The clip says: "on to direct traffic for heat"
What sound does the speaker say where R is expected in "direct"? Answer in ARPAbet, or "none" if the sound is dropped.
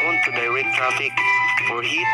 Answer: W